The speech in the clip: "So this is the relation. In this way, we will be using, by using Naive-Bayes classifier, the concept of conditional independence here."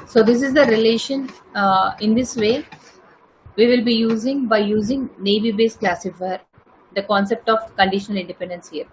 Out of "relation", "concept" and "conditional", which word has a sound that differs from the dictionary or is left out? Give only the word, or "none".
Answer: none